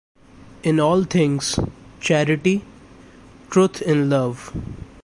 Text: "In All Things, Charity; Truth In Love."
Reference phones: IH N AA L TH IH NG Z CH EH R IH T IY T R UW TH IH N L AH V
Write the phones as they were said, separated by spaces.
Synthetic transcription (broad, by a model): IH N AA L T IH NG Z CH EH R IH T IY T R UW T IH N L AH V